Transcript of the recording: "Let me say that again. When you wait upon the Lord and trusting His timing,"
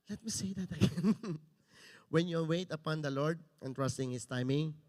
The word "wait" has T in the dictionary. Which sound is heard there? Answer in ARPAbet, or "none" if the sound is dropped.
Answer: T